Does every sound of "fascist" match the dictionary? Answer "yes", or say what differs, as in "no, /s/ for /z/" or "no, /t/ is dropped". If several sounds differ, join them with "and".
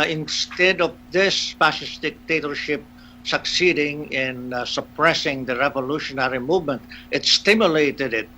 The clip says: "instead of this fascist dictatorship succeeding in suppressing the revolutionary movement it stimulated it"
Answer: no, /p/ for /f/